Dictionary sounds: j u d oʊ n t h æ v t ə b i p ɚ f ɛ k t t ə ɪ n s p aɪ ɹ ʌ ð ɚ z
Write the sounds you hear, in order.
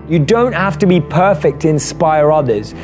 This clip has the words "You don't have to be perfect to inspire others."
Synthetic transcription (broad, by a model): j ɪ d oʊ n t h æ f t ə b i p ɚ f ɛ k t t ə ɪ n s p aɪ ɹ ʌ ð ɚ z